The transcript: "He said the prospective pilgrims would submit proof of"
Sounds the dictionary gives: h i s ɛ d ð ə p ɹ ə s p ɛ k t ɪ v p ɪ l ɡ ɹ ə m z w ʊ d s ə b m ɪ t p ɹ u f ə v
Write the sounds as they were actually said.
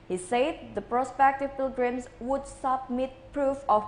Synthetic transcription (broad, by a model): h i s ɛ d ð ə p ɹ ə s p ɛ k t ɪ v p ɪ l ɡ ɹ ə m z w ʊ d s ə b m ɪ t p ɹ u f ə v